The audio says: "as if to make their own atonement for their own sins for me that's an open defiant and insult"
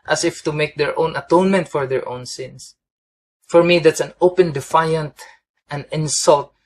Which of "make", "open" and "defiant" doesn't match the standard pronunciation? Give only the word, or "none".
none